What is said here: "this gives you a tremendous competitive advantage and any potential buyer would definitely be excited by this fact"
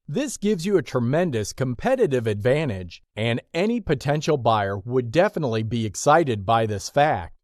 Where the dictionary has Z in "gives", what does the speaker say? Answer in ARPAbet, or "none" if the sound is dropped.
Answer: Z